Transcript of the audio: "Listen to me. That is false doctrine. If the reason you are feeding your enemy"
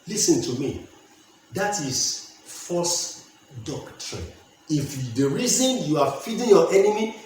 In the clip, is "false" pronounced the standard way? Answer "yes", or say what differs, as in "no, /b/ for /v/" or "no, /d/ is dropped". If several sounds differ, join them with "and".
no, /l/ is dropped